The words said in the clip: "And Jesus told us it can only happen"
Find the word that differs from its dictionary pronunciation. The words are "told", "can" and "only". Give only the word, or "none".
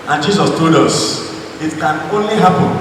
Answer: none